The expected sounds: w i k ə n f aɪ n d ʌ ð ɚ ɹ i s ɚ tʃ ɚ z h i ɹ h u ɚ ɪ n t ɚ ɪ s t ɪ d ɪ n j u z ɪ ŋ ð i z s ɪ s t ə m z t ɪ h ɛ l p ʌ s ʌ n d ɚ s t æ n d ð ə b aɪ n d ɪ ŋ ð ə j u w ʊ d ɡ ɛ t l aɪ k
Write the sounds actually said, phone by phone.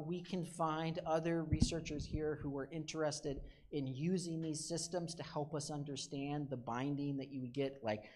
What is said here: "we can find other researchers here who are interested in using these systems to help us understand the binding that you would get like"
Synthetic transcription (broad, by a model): w i k ə n f aɪ n d ʌ ð ɚ ɹ i s ɚ tʃ ɚ z h i ɹ h u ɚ ɪ n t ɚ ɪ s t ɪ d ɪ n j u z ɪ ŋ ð i z s ɪ s t ə m z t ɪ h ɛ l p ʌ s ʌ n d ɚ s t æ n ð ə b aɪ n d ɪ ŋ ð ə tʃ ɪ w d ɡ ɛ t l aɪ k